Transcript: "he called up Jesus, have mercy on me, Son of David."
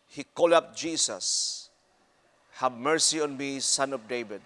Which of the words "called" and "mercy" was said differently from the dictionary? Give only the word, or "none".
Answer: called